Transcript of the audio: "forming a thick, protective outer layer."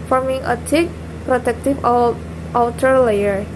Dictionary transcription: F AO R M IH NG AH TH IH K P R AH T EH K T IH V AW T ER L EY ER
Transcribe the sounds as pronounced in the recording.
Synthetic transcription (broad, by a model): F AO R M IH NG AH T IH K P R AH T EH K T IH F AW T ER L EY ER